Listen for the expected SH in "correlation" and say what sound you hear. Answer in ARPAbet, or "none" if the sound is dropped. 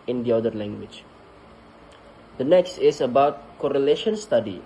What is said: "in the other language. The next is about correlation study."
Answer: SH